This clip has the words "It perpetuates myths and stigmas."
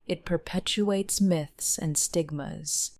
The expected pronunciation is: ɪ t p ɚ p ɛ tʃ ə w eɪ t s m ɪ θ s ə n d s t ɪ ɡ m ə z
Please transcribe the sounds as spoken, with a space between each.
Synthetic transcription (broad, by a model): ɪ t p ɚ p ɛ tʃ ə eɪ t s m ɪ θ s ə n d s t ɪ ɡ m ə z